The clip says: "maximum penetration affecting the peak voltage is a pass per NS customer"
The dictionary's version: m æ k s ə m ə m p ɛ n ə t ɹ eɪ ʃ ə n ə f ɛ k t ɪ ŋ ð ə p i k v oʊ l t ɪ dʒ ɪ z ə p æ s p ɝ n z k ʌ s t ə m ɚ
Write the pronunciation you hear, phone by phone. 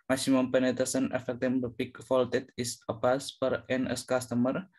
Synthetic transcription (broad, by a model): m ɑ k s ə m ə m p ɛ n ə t eɪ s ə n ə f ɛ k t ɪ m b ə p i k f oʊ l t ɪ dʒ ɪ s ə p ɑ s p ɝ n s k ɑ s t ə m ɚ